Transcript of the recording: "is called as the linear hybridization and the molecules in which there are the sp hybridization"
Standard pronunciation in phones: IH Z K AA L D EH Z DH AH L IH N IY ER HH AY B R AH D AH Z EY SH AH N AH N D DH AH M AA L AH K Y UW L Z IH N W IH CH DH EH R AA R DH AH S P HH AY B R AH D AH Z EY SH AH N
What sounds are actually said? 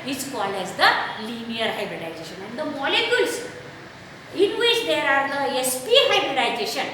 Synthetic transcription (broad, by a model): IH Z K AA L EH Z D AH L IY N IY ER HH AY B R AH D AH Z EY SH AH N AH N D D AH M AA L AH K Y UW L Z IH N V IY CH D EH R AA R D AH S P HH AY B R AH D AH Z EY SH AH N